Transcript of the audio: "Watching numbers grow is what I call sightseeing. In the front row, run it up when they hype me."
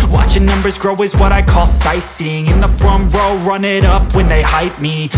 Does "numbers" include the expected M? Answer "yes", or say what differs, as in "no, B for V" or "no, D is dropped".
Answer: yes